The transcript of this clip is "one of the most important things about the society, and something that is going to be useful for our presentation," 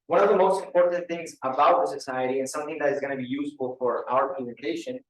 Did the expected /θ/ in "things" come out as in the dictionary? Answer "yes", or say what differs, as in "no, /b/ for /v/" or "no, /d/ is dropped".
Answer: yes